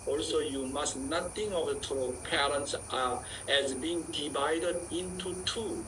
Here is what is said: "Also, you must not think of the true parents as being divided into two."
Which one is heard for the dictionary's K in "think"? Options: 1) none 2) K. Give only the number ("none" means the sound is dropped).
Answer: 1